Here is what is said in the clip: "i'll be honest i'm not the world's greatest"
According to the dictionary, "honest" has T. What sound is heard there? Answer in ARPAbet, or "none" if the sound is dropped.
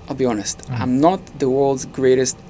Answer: T